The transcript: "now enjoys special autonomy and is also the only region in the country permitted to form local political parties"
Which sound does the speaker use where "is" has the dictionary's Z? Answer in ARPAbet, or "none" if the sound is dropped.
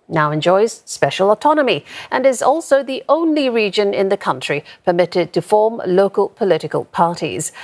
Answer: Z